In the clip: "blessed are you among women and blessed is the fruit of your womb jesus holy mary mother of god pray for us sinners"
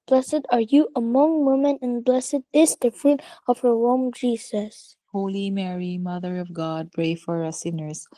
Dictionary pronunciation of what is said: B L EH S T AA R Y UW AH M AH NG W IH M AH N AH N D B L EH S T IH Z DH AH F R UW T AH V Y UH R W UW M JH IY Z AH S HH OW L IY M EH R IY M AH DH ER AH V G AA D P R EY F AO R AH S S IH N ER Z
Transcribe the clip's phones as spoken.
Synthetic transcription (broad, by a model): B L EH S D AA R Y UW AH M AH NG W IH M AH N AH N B L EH S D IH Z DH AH F R UW T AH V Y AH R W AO M JH IY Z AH S HH OW L IY M EH R IY M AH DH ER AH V G AA D P R EY F AO R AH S S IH N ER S